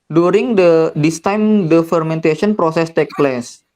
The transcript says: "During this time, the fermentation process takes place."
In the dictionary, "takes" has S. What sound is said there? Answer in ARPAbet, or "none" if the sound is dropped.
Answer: none